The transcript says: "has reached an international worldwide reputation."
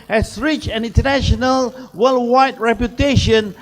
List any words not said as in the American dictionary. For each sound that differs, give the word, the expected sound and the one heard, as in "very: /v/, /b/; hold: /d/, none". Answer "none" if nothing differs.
reached: /t/, none